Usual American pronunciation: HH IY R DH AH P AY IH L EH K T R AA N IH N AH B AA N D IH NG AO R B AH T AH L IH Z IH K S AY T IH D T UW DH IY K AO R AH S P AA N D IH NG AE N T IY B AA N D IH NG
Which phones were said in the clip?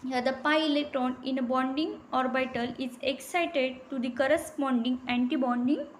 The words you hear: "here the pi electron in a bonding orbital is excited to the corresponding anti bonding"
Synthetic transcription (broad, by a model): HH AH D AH P AY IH L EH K T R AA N IH N AH B AA N D IH NG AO R B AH T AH L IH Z IH K S AY T IH D T UW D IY K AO R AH S P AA N D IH NG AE N T IY B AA N D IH NG